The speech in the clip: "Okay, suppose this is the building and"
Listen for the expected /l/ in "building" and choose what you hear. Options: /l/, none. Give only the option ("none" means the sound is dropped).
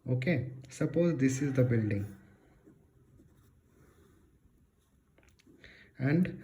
/l/